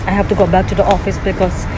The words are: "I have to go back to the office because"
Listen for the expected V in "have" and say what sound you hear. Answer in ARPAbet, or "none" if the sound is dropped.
F